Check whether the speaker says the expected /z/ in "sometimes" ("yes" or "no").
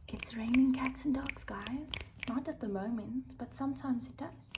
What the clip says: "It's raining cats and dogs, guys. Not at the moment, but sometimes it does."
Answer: yes